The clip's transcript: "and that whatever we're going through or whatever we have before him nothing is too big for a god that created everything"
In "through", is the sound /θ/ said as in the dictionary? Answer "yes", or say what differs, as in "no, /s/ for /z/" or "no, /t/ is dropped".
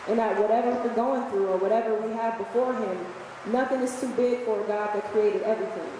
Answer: yes